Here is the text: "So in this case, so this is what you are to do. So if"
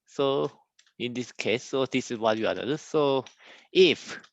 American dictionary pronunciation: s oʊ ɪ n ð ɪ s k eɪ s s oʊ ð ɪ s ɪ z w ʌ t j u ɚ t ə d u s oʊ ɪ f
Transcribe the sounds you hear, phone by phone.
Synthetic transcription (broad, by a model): s oʊ ɪ n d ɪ s k eɪ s s oʊ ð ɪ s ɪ s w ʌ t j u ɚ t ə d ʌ s oʊ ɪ f